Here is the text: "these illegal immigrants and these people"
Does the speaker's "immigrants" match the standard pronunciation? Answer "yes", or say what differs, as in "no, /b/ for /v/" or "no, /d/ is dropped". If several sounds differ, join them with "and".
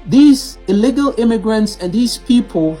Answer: yes